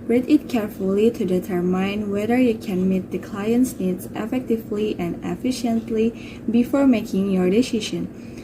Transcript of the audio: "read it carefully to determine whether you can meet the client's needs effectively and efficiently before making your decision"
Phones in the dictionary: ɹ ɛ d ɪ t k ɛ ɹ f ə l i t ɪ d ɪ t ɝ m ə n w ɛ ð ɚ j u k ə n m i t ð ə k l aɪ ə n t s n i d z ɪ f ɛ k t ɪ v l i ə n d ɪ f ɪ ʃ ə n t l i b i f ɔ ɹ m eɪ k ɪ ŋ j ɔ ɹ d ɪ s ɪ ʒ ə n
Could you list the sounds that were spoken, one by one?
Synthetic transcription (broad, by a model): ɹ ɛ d ɪ t k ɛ ɹ f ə l i t ɪ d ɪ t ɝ m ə n w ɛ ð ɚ j u k ə n m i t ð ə k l aɪ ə n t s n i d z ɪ f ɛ k t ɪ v l i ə n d ɪ f ɪ ʃ ə n t l i b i f ɔ ɹ m eɪ k ɪ ŋ j ɔ ɹ d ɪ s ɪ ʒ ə n